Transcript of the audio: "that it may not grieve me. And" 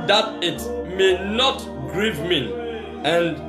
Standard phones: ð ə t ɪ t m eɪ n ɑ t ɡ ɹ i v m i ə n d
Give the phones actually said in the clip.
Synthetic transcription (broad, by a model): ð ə t ɪ t m eɪ n ɑ t ɡ ɹ i v m i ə n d